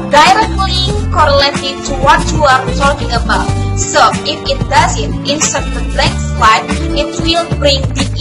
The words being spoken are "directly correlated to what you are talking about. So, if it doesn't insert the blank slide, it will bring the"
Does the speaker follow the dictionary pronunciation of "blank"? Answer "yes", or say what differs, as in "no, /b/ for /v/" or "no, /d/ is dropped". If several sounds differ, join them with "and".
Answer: no, /ŋ/ is dropped